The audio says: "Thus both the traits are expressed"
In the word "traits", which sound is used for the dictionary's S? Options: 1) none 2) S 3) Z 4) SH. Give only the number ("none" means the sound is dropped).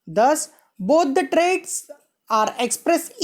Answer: 2